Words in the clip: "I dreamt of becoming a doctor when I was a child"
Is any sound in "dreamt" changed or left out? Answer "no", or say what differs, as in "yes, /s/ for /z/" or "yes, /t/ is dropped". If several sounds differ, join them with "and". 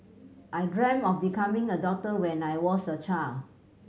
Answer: yes, /t/ is dropped